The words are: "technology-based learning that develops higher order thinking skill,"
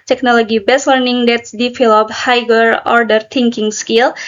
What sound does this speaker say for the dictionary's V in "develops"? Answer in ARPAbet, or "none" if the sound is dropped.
F